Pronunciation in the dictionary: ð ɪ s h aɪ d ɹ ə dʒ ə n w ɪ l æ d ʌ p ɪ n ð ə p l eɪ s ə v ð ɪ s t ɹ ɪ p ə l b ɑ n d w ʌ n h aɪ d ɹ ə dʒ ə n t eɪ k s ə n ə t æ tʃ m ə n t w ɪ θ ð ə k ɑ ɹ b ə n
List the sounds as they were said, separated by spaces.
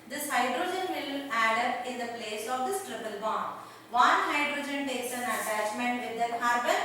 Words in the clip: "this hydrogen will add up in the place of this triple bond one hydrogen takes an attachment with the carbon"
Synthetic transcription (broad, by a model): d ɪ s h aɪ d ɹ ə dʒ ə n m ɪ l æ d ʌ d ɪ n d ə p l eɪ s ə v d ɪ s t ɹ ɪ p ə l b ɑ n d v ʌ n h aɪ d ɹ ə dʒ ə n t eɪ k s ə n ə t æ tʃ m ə n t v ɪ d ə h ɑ ɹ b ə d